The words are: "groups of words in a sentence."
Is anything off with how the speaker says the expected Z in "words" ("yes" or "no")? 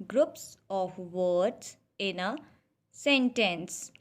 yes